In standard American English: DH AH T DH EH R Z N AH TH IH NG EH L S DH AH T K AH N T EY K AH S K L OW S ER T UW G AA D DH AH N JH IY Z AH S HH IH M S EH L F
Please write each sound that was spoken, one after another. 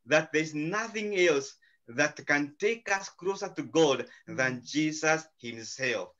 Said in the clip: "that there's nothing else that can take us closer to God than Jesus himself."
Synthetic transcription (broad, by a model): DH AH T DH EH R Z N AH TH IH NG EH L S DH AH T K AH N T EY K AH S K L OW S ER T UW G AA D DH AH N JH IY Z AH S HH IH M S EH L F